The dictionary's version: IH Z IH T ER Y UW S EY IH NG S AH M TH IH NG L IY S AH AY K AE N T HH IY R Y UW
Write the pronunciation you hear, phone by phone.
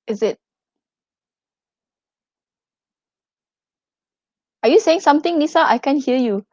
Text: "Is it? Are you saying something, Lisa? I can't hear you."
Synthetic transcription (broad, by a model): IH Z IH T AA Y UW S EY IH NG S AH M T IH NG N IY S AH AY K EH N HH IY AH Y UW